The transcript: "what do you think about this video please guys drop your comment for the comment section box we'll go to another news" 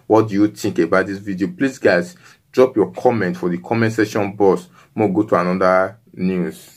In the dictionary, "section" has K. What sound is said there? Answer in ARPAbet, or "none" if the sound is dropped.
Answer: none